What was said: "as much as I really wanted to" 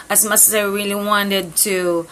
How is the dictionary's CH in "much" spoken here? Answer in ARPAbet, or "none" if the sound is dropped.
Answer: S